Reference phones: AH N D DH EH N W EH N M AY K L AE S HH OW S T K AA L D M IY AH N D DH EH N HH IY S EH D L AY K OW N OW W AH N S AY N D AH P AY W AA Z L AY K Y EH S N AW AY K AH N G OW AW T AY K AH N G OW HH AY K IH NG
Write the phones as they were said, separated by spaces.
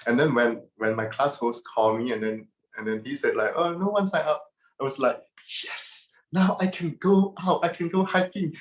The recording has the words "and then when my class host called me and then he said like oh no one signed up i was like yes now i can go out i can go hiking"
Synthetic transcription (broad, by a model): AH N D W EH N W EH N M AY K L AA S HH OW S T K AA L M IY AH N D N EH N HH IY S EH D L AY K OW N OW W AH N S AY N AH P AY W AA S L AY K Y EH S N AW AY K AH N G OW AW T AY K AH N G OW HH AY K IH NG